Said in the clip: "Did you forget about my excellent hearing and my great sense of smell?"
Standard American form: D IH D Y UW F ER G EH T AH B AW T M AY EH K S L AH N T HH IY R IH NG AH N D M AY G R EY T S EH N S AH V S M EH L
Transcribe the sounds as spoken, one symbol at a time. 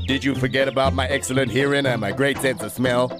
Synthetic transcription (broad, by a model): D IH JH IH F ER G EH T AH B AW T M AY EH K S L AH N T HH IY R IH NG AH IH M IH G R EY T S EH N S AH V S M EH L